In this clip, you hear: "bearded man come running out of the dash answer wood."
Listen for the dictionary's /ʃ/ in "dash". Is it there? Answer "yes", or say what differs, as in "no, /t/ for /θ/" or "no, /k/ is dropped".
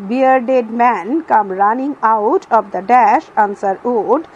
yes